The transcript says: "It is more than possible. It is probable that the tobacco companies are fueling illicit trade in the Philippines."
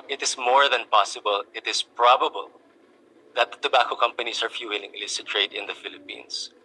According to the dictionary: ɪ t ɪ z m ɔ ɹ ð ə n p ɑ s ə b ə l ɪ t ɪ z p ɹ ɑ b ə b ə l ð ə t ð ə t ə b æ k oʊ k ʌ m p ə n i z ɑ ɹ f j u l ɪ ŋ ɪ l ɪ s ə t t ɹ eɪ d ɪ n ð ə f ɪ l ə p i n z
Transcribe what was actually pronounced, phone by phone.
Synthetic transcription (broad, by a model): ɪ t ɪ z m ɔ ɹ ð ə n p ɑ s ə b ə l ɪ t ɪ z p ɹ ɑ b ə b ə l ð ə t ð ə t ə b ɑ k oʊ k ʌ m p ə n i s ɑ ɹ f j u w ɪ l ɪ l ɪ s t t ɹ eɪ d ɪ n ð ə f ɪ l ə p i n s